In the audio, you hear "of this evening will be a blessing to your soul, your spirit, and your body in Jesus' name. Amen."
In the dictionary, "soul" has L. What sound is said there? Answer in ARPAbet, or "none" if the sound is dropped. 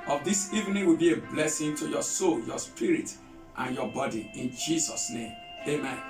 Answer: L